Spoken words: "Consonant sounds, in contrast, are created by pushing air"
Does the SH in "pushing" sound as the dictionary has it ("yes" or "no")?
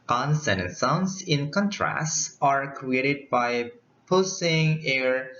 no